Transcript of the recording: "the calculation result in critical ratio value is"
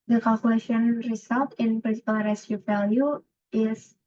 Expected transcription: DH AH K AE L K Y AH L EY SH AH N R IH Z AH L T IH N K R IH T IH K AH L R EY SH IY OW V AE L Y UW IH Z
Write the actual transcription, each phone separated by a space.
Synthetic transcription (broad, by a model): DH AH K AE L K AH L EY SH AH N R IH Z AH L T IH N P R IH S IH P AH L R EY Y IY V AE L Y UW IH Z